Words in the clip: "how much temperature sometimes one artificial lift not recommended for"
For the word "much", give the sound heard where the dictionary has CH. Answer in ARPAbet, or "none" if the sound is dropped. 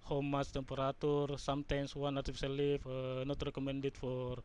S